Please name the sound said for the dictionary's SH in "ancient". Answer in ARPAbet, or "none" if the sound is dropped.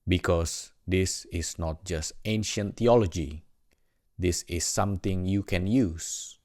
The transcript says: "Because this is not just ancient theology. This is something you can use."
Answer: SH